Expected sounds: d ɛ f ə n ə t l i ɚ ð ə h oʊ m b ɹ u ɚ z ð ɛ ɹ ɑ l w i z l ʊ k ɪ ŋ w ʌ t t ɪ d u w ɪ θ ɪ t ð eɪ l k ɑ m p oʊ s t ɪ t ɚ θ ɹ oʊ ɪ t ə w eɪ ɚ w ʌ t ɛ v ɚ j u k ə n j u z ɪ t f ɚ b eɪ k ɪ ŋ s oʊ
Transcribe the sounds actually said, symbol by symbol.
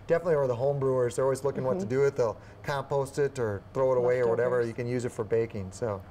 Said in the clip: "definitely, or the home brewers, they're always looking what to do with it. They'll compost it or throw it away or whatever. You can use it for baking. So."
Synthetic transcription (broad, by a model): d ɛ f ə n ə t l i ɚ ð ə h oʊ m b ɹ u ɚ z ð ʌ ɹ ɑ l w i z l ʊ k ɪ ŋ w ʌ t t ɪ d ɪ ɪ t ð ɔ k ɑ m p oʊ s t ɪ t ɚ θ ɹ oʊ ɪ t ə w eɪ ɚ w ʌ t ɛ v ɚ j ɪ k ə n j u z ɪ t f ɚ b eɪ k ɪ ŋ s oʊ